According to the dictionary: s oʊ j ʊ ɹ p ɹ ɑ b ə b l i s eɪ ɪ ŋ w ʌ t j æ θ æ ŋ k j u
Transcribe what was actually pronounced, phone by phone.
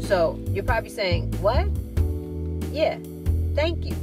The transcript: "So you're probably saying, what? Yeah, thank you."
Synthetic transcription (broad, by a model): s oʊ j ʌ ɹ p ɹ ɑ b ə b l i s eɪ ɪ ŋ w ʌ t j æ θ æ ŋ k j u